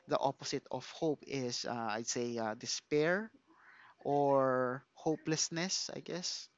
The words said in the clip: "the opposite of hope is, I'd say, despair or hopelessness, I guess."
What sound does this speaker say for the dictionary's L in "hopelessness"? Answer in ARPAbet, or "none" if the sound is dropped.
L